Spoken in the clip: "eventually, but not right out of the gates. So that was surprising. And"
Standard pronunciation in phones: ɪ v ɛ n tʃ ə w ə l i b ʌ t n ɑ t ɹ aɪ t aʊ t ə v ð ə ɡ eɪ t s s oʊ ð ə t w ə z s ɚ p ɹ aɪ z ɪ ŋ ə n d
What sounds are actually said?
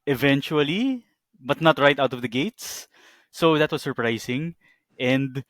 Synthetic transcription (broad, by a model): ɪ v ɛ n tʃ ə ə l i b ʌ t n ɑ t ɹ aɪ t aʊ t ə v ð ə ɡ eɪ t s s oʊ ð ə t w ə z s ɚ p ɹ aɪ s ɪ ŋ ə n d